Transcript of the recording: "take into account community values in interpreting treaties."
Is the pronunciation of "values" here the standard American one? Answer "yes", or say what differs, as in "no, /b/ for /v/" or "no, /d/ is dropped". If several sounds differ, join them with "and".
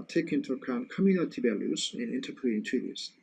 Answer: no, /b/ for /v/